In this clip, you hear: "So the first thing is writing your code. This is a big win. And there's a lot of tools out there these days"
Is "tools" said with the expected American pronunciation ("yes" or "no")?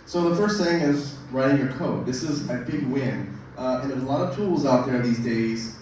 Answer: yes